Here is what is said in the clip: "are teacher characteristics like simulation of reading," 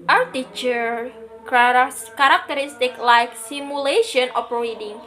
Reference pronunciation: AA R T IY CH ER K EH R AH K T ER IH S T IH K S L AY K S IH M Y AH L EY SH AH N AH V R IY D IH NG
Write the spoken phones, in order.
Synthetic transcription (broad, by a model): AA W T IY CH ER K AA R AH K T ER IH S T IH K L AY K S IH M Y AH L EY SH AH N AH P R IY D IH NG